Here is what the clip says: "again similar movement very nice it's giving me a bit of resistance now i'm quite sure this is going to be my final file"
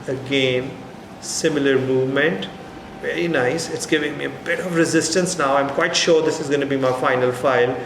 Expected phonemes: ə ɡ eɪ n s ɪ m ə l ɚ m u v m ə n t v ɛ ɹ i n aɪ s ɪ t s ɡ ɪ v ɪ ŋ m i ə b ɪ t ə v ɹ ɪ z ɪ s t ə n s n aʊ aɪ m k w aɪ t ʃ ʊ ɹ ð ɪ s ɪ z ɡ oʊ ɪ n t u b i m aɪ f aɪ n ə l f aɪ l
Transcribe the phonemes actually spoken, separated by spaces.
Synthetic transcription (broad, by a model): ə ɡ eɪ n s ɪ m ə l ɚ m u v m ə n t v ɛ ɹ i n aɪ s ɪ t s ɡ ɪ v ɪ ŋ m i ə b ɪ t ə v ɹ ɪ z ɪ s t ə n s n aʊ aɪ m k w aɪ t ʃ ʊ ɹ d ɪ s ɪ z ɡ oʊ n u b i m aɪ f aɪ n ə l f aɪ l